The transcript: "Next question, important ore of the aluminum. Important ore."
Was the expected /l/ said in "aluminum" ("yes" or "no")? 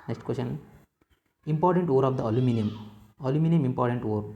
yes